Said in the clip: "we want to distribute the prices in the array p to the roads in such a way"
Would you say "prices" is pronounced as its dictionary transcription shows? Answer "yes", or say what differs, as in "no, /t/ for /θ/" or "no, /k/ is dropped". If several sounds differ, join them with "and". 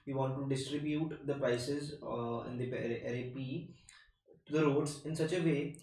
yes